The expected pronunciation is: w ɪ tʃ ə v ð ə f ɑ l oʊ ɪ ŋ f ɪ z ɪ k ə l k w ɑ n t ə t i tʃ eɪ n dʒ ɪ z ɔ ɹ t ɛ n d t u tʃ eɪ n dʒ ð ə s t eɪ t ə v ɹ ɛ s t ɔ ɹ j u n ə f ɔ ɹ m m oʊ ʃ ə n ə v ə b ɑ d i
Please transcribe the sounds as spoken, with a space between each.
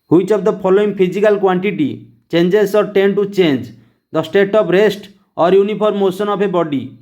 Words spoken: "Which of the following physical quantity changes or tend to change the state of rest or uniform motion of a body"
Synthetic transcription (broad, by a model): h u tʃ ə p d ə p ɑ l oʊ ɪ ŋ p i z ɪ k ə l k w ɑ n t ə t i tʃ eɪ n dʒ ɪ s ɔ ɹ t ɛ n t u tʃ eɪ n dʒ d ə s t eɪ t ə p ɹ ɛ s t ɔ ɹ j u n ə p ɔ ɹ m m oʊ s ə n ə p ə b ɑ d i